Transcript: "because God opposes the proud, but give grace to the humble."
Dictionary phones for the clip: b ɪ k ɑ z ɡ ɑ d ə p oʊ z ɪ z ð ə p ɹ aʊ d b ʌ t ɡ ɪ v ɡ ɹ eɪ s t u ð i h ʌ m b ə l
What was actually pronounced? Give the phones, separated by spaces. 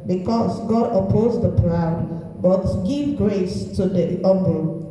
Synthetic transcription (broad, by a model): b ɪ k ɑ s ɡ ɑ d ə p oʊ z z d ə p ɹ aʊ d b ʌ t ɡ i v ɡ ɹ eɪ s t u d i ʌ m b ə